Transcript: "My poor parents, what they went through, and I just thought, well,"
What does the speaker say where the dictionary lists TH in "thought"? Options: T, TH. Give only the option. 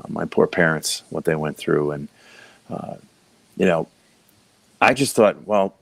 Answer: TH